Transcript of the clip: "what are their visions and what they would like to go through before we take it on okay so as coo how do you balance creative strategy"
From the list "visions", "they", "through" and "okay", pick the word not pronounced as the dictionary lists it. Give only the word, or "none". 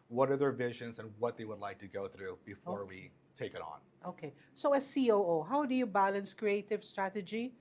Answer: none